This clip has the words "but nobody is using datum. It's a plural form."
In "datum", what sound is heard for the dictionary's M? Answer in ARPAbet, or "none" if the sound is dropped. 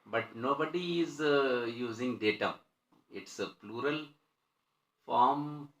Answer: none